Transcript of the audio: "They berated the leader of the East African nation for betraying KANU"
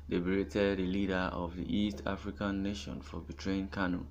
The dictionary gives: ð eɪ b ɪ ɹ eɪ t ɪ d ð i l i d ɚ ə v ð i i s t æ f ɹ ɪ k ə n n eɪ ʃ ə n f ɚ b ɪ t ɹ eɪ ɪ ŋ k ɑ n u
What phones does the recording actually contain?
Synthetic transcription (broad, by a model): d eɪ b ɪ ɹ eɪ t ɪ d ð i l i d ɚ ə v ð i i s t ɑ f ɹ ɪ k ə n n eɪ ʃ ə n f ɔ b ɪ t ɹ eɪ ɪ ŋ k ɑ n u